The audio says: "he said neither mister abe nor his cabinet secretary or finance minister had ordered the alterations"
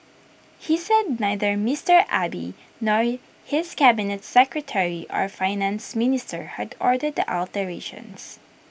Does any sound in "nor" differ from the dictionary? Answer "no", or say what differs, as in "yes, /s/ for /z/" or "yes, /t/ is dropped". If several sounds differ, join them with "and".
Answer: no